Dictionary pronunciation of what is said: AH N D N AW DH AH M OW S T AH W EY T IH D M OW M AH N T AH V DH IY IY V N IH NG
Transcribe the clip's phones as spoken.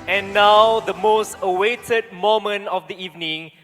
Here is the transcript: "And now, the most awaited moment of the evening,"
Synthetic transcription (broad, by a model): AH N N AW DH AH M OW S T AH W EY T IH D M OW M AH N AH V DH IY IY V N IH NG